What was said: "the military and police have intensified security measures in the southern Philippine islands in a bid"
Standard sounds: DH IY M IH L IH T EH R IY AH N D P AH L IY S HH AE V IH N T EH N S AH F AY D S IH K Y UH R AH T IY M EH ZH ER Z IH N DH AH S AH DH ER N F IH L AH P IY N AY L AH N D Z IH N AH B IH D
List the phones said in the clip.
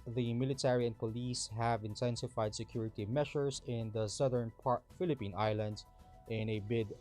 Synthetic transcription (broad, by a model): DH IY M IH L IH T EH R IY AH N P AH L IY S HH AE V IH N T EH N S AH F AY D S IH K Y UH R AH T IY M EH SH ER S IH N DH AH S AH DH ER N F IH L AH P IY N AY L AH N D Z IH N AH B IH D